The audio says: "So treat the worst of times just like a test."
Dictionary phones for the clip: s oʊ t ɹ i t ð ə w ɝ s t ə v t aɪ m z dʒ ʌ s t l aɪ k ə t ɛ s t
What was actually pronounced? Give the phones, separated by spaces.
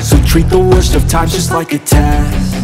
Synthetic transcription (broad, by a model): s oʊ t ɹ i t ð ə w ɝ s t ə v t aɪ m dʒ ʌ s t l aɪ k ə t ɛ